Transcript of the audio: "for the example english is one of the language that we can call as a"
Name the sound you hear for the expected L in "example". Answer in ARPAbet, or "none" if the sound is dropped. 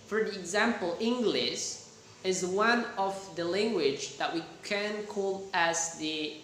L